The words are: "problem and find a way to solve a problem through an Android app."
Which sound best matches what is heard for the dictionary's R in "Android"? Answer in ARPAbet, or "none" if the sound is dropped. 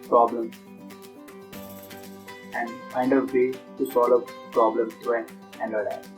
none